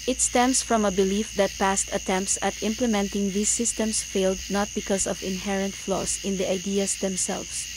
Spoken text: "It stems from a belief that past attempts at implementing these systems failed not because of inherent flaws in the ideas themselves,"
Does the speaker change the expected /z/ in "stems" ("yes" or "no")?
yes